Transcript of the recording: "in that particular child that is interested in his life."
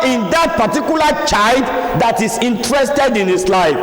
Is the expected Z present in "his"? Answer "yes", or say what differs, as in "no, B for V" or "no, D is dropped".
no, S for Z